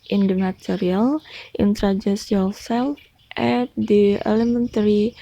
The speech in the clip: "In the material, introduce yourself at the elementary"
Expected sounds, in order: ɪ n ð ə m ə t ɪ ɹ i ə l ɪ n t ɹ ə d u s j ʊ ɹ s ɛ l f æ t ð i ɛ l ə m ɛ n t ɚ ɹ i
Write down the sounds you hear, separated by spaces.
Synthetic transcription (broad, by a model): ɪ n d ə m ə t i ɹ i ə l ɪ n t ɹ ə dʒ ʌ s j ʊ l s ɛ l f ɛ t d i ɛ l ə m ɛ n t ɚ ɹ i